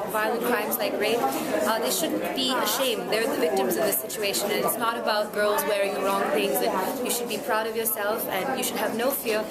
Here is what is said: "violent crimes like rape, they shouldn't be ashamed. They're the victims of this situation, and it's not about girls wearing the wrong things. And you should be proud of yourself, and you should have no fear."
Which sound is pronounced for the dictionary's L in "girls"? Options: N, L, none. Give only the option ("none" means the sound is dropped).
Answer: L